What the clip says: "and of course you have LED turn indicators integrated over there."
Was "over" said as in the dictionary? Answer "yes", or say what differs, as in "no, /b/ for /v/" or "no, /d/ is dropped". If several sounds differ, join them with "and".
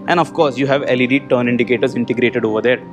yes